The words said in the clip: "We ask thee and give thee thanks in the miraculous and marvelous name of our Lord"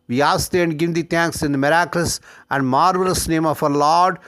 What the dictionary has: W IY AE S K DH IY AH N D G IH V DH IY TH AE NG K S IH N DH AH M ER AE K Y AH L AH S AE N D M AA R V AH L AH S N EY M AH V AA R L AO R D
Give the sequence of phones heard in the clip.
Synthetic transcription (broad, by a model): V IY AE S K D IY AH N D G IH V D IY T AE NG K S IH N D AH M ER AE K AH L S AE N D M AA R V AH L AH S N EY M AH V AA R L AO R D